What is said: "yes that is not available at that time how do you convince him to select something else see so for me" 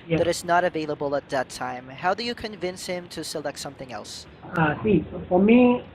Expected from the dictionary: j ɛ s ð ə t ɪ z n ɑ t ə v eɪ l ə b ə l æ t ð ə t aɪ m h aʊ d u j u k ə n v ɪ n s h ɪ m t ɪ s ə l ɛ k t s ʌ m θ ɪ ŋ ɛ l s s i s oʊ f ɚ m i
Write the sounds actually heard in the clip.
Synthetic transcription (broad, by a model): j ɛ ð ə t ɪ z n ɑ t ə v eɪ l ə b ə l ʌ t ð ə t aɪ m h aʊ d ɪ j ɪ k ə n v ɪ n s h ɪ m t ɪ s ə l ɛ k t s ʌ m θ ɪ ŋ ɛ l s s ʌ s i f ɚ m i